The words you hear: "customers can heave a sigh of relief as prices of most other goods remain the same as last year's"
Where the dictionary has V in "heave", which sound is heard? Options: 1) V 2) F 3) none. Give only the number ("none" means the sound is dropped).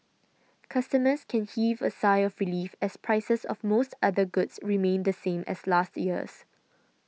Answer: 1